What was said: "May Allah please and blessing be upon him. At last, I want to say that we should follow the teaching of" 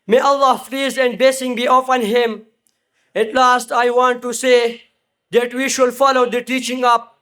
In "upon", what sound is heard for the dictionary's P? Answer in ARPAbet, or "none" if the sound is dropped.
F